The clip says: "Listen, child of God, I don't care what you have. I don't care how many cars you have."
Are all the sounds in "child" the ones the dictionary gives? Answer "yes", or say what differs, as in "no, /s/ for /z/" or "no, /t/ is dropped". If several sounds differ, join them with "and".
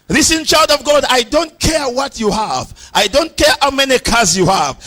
yes